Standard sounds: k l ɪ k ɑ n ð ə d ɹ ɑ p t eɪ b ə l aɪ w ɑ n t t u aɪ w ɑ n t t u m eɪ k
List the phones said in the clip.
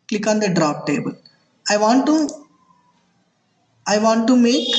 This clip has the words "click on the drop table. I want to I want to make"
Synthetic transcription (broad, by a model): k l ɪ k ɑ n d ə d ɹ ɑ p t eɪ b ə l aɪ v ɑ n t t u aɪ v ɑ n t t u m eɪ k